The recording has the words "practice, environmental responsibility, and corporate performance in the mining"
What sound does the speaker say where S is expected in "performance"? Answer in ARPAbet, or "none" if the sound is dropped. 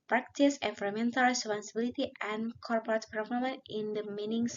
none